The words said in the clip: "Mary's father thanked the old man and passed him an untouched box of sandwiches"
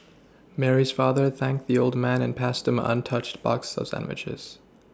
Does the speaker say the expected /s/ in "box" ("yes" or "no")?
yes